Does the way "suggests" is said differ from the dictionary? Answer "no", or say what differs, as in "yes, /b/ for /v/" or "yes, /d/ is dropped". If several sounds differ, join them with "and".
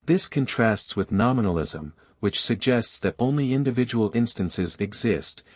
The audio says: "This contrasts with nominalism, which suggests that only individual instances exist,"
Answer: no